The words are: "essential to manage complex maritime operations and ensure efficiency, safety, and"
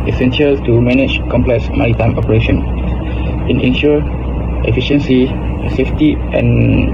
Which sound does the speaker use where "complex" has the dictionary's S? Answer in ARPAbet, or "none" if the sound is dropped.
S